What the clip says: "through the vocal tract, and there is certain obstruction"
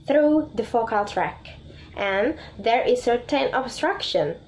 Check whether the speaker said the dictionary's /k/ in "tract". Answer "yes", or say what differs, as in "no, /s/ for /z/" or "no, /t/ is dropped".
yes